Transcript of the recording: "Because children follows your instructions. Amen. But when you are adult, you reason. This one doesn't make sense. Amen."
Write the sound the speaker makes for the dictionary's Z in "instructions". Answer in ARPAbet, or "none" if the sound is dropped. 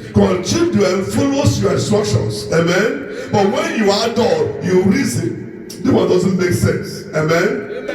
S